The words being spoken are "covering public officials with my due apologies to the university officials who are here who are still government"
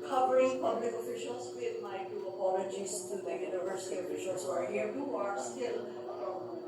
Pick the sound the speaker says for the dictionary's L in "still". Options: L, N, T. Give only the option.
L